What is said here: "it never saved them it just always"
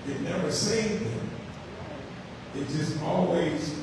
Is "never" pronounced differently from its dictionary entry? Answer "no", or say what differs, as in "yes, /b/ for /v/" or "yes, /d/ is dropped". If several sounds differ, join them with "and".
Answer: no